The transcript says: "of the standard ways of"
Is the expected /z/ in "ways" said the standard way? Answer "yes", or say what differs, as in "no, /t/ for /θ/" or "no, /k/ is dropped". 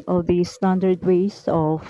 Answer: no, /s/ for /z/